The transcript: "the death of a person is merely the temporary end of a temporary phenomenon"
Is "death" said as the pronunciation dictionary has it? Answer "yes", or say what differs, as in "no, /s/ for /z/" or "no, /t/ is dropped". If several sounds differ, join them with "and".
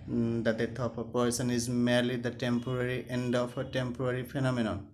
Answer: no, /t/ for /θ/